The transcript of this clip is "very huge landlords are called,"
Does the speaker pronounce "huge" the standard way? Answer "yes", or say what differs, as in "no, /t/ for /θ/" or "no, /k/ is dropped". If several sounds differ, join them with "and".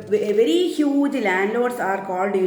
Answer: yes